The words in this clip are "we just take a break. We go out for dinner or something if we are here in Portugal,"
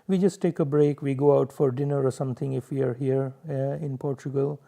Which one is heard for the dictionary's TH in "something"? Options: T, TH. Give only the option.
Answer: T